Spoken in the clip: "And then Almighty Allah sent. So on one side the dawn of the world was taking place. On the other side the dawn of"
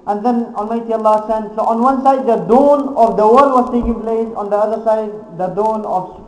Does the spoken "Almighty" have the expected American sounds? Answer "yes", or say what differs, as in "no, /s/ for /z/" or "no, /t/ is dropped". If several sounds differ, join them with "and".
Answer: no, /n/ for /l/